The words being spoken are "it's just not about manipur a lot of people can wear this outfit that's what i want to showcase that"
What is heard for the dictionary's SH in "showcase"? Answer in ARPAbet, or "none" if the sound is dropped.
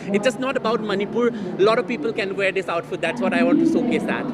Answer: S